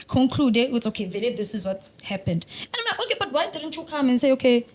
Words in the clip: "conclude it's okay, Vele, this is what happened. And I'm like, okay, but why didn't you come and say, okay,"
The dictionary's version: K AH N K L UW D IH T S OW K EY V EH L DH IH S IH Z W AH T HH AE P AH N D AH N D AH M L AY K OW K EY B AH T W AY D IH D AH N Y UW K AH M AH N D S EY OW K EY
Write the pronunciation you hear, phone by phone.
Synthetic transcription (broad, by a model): K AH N K L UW D IH T S OW K EY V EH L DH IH S IH Z W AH T HH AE P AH N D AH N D AH M N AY OW K EY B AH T W AY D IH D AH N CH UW K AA M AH N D S EY OW K EY